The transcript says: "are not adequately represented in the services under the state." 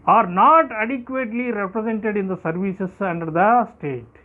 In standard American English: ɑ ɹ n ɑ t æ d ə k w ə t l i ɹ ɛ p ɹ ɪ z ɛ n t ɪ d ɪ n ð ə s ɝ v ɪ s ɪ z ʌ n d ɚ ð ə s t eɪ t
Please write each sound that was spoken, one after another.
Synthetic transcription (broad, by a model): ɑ ɹ n ɑ t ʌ d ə k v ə t l i ɹ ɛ p ɹ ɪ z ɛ n t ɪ d ɪ n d ə s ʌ v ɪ s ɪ s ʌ n d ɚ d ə s t eɪ t